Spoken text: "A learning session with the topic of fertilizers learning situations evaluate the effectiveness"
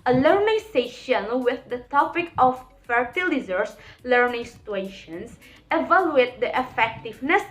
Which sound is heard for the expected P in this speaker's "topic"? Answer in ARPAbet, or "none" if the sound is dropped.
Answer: P